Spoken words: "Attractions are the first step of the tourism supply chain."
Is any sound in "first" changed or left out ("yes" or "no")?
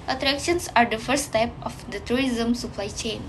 yes